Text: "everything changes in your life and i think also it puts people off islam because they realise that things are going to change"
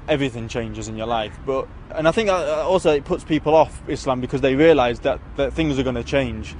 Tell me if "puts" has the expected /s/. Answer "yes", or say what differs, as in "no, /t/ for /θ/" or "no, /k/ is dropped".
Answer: yes